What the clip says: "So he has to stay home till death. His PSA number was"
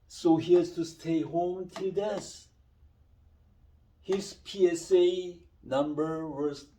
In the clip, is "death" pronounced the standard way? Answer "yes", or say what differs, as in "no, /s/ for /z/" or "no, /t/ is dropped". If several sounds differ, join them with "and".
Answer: no, /s/ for /θ/